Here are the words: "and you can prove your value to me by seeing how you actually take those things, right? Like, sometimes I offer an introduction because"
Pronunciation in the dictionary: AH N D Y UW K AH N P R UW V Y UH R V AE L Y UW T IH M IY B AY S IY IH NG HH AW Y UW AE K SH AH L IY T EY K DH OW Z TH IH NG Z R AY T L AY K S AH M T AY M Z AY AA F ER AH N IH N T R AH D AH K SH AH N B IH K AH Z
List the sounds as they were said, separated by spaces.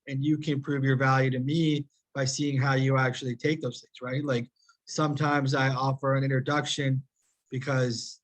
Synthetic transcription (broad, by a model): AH N Y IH K AH N P R UW V Y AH R V AE L Y UW T IH M IY B AY S IY IH NG HH AW Y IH AE K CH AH L IY T EY K DH OW Z TH IH NG Z R AY T L AY K S AH M T AY M Z AY AA F ER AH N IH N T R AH D AH K SH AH N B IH K AH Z